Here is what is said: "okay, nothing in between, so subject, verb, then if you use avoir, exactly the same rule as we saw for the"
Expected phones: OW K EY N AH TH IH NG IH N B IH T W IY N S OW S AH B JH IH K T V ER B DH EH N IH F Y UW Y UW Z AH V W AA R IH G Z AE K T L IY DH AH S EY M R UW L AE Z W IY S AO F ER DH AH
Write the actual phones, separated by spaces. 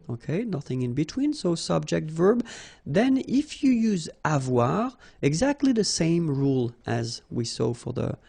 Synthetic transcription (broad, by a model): OW K EY N AH TH IH NG IH N B IH T W IY N S OW S AH B JH IH K T V ER B DH EH N IH F Y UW Y UW Z AH V W AA R IH G Z AE K T L IY DH AH S EY M R UW L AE Z W IY S AO F ER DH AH